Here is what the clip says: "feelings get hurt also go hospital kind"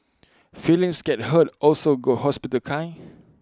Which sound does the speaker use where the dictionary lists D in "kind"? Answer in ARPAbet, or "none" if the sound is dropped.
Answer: none